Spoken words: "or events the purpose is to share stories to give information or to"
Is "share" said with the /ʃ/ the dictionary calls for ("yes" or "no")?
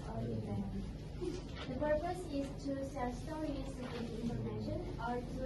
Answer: no